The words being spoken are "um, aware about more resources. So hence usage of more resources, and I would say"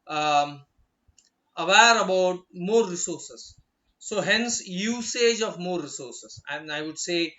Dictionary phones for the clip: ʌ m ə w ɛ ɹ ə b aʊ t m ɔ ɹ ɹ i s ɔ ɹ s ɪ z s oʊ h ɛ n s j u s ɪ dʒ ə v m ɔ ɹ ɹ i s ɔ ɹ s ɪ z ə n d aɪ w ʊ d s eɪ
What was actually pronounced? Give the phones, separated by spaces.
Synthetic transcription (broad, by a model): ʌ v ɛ ɹ ə b aʊ t m ɔ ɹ ɹ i s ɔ ɹ s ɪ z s oʊ h ɛ n s j u s ɪ dʒ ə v m ɔ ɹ ɹ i s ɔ ɹ s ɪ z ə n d aɪ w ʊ d s eɪ